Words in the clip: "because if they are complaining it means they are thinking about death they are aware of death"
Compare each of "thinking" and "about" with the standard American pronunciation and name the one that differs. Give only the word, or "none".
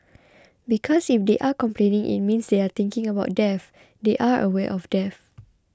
thinking